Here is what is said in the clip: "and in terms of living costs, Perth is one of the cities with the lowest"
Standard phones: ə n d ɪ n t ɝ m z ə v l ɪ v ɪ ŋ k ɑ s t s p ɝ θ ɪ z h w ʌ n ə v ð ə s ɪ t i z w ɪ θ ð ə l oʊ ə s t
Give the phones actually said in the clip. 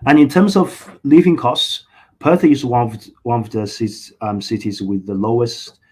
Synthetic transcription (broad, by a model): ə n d ɪ n t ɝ m z ə v l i v ɪ ŋ k ɑ s t s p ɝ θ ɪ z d w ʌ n ə v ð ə s ɪ t i z w ɪ ð ə l oʊ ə s t